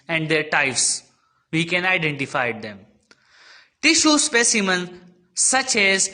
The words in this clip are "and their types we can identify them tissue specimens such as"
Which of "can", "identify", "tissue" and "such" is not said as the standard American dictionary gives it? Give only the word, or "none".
none